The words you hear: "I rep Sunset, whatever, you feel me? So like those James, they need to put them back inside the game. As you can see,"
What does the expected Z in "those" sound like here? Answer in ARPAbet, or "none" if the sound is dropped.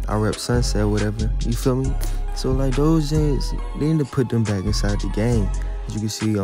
Z